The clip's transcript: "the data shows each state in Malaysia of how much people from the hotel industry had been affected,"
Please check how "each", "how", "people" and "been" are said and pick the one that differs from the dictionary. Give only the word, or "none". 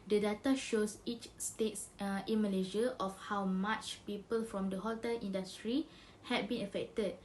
none